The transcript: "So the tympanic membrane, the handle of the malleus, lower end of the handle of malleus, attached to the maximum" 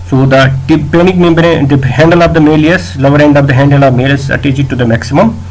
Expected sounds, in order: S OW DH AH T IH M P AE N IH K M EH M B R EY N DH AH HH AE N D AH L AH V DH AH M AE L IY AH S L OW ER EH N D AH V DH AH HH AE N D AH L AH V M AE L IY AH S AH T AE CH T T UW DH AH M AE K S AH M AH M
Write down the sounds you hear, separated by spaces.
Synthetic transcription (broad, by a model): S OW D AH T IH P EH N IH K M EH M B AH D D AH HH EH N D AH L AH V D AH M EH L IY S L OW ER EH N D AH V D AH HH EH N D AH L AH V M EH L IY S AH T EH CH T T UW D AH M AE K S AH M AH M